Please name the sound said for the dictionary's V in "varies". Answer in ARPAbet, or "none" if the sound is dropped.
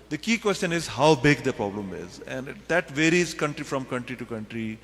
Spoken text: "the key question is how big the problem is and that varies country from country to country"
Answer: V